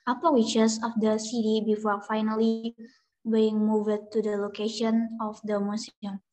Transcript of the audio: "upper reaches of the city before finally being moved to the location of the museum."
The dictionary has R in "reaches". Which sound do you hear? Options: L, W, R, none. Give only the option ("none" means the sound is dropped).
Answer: W